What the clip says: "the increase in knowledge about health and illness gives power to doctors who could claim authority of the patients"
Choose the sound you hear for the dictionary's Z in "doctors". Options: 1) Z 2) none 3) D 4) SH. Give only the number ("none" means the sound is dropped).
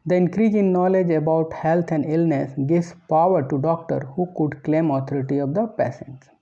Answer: 2